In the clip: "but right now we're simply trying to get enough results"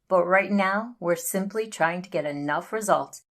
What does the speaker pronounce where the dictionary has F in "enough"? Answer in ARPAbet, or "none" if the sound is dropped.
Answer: F